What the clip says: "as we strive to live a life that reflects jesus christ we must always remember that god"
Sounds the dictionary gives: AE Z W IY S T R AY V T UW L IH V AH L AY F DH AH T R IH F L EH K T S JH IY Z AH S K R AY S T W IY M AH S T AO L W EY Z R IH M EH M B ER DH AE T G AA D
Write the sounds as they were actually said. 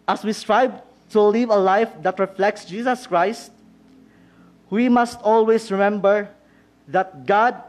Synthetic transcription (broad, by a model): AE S W IY S T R AY B T UW L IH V AH L AY F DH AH T R IH F L EH K T S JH IY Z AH S K R AY S T W IY M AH S T AO L W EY S R IH M EH M B ER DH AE T G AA D